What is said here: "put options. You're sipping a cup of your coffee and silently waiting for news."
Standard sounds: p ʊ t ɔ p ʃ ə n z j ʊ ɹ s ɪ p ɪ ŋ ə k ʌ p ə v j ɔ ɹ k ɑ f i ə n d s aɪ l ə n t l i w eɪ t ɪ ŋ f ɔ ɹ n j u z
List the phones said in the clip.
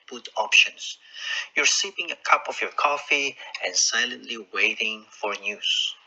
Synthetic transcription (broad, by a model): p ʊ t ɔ p ʃ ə n s j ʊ ɹ s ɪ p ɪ ŋ ə k ʌ p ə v j ɔ ɹ k ɑ f i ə n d s aɪ l ə n t l i w eɪ t ɪ ŋ f ɔ ɹ n j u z